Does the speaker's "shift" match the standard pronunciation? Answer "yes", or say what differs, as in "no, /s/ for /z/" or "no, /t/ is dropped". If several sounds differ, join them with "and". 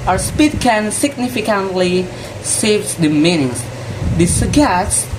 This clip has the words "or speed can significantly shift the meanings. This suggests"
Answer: no, /s/ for /ʃ/